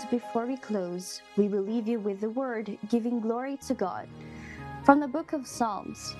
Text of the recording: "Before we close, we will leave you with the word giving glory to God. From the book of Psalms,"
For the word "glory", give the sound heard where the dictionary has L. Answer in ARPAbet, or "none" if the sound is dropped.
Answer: L